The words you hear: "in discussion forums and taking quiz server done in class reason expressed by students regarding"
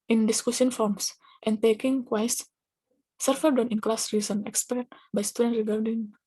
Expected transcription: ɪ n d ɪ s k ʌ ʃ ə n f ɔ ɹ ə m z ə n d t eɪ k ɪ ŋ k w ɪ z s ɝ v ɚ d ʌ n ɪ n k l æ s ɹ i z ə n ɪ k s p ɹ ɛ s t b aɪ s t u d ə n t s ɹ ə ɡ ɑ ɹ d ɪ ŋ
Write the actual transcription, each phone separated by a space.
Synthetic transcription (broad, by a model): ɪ n d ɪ s k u s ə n f ɔ ɹ m s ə n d t eɪ k ɪ ŋ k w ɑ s s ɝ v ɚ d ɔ n ɪ n k l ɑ s ɹ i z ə n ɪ k s p ɛ t b aɪ s t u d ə n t ɹ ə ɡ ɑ ɹ d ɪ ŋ